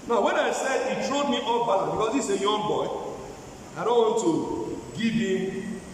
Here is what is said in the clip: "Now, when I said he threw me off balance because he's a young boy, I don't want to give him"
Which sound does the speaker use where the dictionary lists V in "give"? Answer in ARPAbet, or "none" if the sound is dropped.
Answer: B